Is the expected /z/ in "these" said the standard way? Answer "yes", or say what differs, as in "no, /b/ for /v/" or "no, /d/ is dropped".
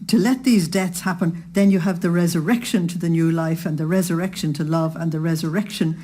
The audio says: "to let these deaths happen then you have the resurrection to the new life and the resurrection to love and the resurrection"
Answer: yes